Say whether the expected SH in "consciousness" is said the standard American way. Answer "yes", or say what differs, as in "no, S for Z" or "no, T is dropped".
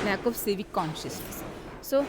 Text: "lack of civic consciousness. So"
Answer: yes